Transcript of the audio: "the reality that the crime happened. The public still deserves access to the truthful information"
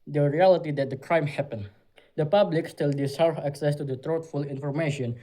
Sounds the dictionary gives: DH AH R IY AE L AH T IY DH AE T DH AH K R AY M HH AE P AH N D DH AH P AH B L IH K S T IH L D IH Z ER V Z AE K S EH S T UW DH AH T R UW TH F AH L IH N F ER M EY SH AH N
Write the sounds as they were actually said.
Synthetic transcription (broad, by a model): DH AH R IY AE L AH T IY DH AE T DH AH K R AY M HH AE P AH N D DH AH P AH B L IH K S T IH L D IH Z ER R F AE K S EH S T UW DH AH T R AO T F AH L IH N F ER M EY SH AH N